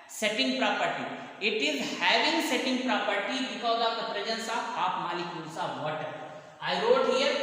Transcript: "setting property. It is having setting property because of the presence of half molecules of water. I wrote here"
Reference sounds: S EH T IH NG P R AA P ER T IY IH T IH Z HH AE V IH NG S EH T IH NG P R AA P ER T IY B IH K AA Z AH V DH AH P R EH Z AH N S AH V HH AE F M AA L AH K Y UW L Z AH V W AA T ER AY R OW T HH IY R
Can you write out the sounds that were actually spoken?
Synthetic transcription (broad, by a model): S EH T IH NG P R AA P ER T IY IH T IH Z HH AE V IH NG S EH T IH NG P R AA P ER T IY B IH K AA Z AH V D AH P R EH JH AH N S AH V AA P M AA L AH K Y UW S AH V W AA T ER AY R OW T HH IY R